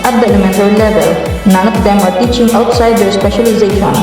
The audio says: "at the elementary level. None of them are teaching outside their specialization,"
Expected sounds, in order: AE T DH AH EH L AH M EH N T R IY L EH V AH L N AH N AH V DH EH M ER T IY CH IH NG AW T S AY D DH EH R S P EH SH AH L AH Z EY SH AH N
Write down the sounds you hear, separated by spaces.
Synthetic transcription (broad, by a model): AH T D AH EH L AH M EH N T IY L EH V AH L N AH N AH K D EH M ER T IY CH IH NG AW T S AY D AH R S P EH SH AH L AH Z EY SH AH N